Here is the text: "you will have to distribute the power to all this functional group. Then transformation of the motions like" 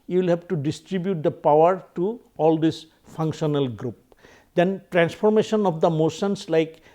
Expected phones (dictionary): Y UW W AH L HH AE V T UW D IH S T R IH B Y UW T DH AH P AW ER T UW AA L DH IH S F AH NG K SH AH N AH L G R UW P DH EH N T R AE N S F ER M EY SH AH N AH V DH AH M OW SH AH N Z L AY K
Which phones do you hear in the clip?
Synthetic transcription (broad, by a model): Y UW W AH L HH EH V T UW D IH S T R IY B Y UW T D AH P AW ER T UW AA L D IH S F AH NG K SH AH N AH L G R UW P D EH N T R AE N S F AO M EY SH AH N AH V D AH M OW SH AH N S L AY K